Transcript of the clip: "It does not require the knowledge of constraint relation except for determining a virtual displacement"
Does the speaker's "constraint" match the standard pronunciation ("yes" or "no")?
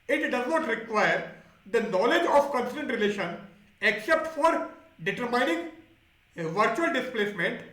no